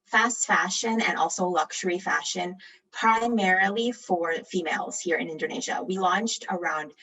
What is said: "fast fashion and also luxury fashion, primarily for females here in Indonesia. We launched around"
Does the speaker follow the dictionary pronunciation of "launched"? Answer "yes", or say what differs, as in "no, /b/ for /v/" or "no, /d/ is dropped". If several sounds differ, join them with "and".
yes